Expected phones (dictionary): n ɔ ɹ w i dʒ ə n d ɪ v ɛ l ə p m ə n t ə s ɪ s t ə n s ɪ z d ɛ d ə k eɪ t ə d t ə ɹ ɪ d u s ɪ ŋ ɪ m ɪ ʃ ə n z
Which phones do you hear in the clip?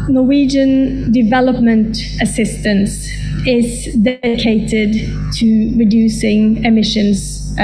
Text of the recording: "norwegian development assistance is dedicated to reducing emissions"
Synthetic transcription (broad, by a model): n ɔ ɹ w i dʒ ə n d ɪ v ɛ l ə p m ə n t ə s ɪ s t ə n s ɪ z d ɛ d ə k eɪ t ə d t ə ɹ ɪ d u s ɪ ŋ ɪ m ɪ ʃ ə n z